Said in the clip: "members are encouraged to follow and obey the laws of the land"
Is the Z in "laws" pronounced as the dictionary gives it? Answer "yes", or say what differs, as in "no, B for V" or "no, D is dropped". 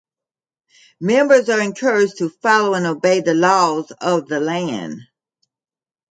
yes